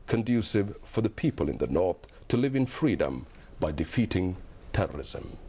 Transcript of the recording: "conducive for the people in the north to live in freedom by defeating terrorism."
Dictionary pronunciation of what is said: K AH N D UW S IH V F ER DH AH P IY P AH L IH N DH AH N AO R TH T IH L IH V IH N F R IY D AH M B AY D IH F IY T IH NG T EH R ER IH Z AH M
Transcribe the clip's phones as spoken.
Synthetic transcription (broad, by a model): K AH N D UW S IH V F ER DH AH P IY P AH L IH N DH AH N AO R TH T IH L IH V IH N F R IY D AH M B AY D IH F IY T IH NG T EH R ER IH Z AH M